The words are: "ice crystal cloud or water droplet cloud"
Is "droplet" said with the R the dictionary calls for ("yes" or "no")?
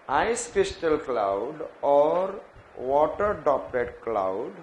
no